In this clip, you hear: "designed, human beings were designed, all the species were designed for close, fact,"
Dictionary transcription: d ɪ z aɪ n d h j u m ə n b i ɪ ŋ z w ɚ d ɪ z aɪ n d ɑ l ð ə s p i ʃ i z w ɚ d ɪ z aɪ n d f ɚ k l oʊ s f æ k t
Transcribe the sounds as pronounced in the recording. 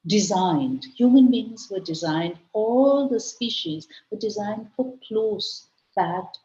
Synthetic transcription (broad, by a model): d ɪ z aɪ n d h j u m ə n b i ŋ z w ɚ d ɪ z aɪ n d ɑ l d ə s p i ʃ i z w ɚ d ɪ z aɪ n d f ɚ k l oʊ s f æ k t